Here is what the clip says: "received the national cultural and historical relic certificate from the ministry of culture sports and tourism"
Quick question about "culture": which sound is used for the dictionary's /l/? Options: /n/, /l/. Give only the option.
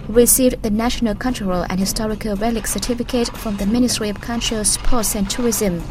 /n/